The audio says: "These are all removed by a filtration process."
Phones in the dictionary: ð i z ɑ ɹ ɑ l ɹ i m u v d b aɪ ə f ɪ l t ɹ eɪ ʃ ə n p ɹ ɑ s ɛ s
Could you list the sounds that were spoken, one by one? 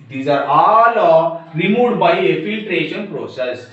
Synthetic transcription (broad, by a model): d i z ɑ ɹ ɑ l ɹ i m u d b aɪ ə f ɪ l t ɹ eɪ ʃ ə n p ɹ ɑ s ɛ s